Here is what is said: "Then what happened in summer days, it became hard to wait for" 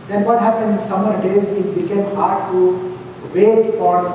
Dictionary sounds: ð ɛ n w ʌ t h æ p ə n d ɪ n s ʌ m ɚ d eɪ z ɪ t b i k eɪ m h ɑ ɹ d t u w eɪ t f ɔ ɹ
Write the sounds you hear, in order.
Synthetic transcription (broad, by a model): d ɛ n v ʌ t h æ p ə n d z s ʌ m ɚ d eɪ z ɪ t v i k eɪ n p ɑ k t u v eɪ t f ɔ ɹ